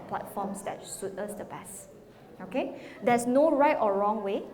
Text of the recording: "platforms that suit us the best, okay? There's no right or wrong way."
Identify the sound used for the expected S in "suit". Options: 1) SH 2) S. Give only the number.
1